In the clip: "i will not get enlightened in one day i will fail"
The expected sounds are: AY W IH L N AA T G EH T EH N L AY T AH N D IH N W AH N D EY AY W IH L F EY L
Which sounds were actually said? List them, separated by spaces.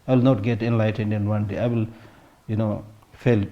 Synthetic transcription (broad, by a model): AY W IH L N AA T G EH T EH N L AY T AH N D IH N W AH N D EY AY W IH L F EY L